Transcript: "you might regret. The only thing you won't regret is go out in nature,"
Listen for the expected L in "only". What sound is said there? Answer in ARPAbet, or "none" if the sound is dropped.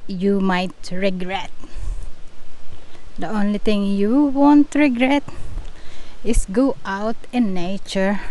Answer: L